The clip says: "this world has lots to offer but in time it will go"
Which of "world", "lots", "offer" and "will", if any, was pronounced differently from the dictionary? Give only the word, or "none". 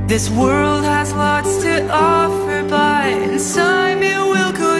none